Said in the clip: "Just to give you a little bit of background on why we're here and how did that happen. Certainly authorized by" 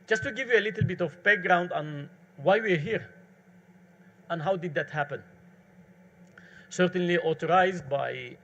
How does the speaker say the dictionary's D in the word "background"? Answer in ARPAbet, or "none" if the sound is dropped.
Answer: D